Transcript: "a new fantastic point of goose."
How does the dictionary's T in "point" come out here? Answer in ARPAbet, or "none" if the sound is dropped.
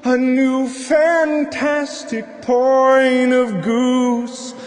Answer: none